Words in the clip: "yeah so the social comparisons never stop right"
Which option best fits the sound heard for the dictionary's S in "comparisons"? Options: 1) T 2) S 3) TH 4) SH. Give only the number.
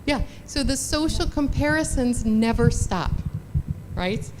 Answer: 2